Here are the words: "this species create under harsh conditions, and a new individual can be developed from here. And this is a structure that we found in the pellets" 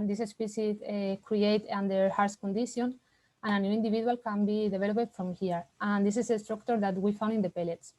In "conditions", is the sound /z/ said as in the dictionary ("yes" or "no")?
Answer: no